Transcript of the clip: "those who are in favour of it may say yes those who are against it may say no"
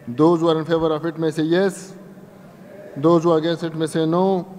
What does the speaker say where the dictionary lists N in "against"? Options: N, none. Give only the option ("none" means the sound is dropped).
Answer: none